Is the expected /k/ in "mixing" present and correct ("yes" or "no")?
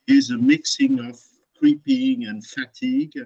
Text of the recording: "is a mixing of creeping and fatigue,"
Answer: yes